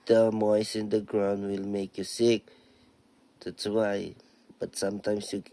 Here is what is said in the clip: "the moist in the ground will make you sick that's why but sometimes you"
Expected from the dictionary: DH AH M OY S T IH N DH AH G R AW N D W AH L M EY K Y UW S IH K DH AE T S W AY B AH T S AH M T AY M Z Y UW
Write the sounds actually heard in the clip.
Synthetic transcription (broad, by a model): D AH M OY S IH N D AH G R AW N D W AH L M EY K Y UW S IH K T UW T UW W AY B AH T S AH M T AY M S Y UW